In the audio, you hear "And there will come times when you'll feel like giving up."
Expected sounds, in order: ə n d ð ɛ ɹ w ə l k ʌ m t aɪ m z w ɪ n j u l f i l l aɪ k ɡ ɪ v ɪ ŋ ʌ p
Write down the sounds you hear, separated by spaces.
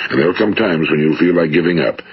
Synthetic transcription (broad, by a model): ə n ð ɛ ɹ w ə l k ʌ m t aɪ m z w ɪ n j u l f i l l aɪ k ɡ ɪ v ɪ ŋ ʌ p